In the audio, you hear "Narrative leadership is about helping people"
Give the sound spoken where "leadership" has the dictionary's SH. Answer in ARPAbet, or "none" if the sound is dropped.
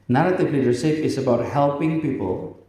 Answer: S